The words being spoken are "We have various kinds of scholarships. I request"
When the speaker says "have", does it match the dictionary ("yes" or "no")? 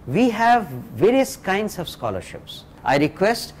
yes